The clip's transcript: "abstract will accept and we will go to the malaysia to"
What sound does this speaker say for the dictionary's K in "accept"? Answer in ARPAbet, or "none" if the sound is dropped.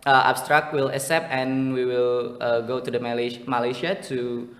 none